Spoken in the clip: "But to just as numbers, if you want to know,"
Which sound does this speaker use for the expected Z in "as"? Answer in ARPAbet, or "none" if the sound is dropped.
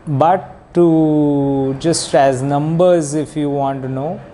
Z